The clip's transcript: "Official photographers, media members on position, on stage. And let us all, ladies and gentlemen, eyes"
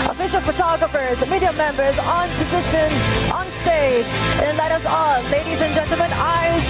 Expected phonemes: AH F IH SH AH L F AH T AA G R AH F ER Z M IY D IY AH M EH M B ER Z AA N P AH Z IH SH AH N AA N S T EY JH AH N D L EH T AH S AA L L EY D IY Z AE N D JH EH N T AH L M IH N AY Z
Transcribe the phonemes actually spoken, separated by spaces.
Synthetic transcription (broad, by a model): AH F IH SH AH L F AH T AA G R AH F ER Z M IY D IY AH M EH M B ER Z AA N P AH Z IH SH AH N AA N S T EY JH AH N L EH T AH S AA L L EY D IY Z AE N JH EH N T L M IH N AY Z